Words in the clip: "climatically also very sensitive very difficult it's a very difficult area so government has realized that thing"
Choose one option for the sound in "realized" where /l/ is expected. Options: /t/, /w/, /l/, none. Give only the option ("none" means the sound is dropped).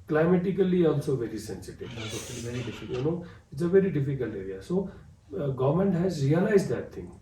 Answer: /l/